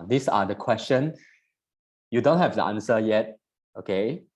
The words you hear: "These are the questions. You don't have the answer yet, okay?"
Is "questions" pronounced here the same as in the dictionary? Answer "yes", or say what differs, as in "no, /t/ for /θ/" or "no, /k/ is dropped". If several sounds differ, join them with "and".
no, /z/ is dropped